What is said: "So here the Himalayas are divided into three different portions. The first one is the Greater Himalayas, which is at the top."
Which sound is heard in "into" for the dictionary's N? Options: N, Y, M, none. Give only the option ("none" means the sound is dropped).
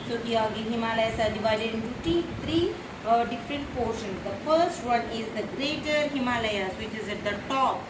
none